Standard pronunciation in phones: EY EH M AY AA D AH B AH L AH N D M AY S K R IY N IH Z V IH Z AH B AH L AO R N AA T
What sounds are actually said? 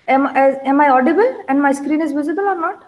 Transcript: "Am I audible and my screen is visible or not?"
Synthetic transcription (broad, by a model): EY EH M AY AA D AH B AH L AH N D M AY S K R IY N IH Z V IH Z AH B AH L AO R N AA T